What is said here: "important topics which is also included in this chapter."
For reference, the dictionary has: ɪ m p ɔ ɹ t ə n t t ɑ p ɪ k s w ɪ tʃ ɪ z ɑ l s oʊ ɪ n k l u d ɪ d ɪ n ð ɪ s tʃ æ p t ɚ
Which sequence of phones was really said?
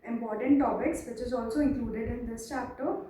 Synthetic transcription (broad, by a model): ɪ m p ɔ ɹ t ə n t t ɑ b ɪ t s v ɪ tʃ ɪ z ɑ l s oʊ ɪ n k l u d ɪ d ɪ n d ɪ s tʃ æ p t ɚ